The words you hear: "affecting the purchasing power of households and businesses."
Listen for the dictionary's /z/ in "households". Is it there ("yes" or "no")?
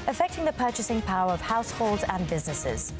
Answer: yes